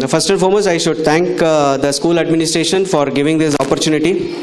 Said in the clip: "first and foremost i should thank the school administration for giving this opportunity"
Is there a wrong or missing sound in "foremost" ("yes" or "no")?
yes